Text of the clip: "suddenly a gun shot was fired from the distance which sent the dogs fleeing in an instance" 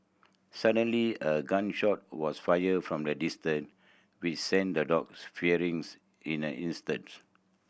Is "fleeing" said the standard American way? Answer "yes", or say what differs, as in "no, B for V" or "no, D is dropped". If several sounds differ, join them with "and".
no, L is dropped